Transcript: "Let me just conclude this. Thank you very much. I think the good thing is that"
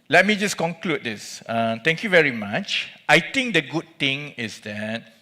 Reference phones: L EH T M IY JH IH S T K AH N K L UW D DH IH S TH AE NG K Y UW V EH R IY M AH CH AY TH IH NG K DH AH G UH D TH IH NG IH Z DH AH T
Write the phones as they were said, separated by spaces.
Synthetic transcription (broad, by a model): L EH T M IY JH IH S K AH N K L UW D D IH S T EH NG K Y UW V EH R IY M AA CH AY T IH NG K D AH G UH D T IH NG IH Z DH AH T